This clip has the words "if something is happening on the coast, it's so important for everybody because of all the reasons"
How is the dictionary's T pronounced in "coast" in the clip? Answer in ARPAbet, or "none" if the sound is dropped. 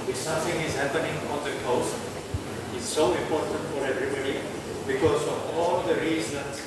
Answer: none